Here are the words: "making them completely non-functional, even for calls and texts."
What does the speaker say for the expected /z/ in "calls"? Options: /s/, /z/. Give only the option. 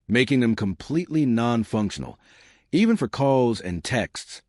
/z/